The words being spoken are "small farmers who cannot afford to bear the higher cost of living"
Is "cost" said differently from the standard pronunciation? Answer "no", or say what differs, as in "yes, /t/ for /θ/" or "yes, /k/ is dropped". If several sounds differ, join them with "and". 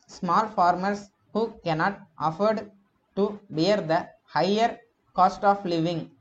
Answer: no